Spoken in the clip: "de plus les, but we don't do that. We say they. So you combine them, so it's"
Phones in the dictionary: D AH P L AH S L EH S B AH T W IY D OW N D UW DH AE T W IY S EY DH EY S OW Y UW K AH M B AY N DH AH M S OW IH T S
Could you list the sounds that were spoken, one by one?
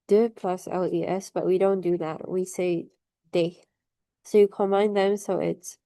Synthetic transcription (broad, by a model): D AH P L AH S L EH S B AH T W IY D OW N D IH DH AE T W IY S EY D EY S OW Y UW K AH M AY N DH AH M S OW IH T S